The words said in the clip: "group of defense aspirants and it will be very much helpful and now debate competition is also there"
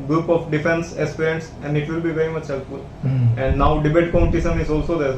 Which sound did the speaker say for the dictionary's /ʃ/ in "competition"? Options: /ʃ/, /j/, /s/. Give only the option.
/s/